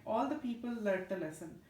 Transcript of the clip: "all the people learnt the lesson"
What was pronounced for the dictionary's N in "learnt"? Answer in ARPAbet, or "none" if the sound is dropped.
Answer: none